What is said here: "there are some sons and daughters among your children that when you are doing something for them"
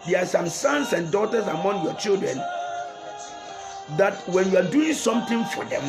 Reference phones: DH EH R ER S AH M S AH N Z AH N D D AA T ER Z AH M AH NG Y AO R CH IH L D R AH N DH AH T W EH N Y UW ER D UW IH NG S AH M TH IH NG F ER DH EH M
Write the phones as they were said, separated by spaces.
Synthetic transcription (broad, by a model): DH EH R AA S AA M S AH N S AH N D D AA T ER S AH M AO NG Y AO CH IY L D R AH N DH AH T W EH N Y UW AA D UW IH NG S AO M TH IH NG F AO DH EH M